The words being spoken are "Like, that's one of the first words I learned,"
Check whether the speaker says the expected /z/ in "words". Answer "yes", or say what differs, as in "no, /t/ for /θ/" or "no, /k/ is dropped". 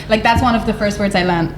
yes